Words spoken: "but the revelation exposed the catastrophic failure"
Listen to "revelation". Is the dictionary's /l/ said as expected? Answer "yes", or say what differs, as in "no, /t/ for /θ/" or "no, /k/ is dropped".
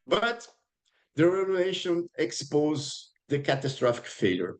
no, /l/ is dropped